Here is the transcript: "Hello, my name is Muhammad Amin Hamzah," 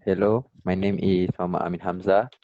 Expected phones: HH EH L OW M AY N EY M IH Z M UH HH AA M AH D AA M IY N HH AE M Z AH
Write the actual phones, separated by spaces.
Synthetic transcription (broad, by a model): HH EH L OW M AY N EY M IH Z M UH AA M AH AA M IY N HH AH M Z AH